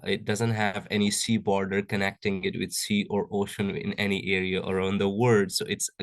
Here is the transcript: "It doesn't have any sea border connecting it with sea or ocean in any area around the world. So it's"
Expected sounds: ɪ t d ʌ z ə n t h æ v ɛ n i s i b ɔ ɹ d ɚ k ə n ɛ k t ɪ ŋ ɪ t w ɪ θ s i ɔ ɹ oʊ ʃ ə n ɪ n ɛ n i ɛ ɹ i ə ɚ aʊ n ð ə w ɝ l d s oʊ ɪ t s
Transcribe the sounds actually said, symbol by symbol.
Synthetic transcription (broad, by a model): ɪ t d ʌ z ə n t h æ v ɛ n i s i b ɔ ɹ d ɚ k ə n ɛ k t ɪ ŋ ɪ t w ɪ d s i ɔ ɹ oʊ ʃ ə n ɪ n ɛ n i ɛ ɹ i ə ɚ aʊ n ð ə w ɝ d s oʊ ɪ t s